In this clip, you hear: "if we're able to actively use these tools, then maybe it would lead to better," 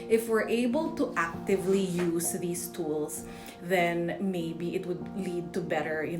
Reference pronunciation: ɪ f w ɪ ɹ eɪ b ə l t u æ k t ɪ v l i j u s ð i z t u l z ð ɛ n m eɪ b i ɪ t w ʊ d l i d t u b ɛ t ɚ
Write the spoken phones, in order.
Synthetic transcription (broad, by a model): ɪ f w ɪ ɹ eɪ b ə l t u æ k t ɪ v l i j u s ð i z t u l s ð ɛ n m eɪ b i ɪ t w ʊ d l i d t u b ɛ t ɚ